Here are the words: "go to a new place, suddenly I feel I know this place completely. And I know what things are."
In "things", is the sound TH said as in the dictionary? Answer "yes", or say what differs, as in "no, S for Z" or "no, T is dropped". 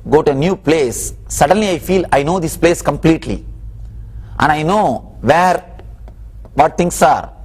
no, T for TH